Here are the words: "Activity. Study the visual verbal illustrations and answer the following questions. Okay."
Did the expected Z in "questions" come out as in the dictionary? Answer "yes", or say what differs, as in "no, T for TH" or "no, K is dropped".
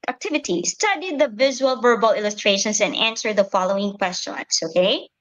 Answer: no, S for Z